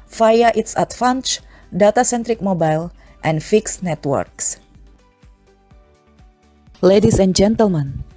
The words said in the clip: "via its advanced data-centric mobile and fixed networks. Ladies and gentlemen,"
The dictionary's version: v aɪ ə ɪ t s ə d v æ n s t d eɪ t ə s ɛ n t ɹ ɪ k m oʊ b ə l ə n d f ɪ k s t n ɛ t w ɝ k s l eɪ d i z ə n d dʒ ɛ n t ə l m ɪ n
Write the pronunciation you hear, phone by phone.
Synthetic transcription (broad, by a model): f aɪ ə ɪ t s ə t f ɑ n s d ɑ t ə s ɛ n t ɹ ɪ k m oʊ b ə l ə n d f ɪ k s n ɛ t w ɝ k s l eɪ d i s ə n dʒ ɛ n t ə l m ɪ n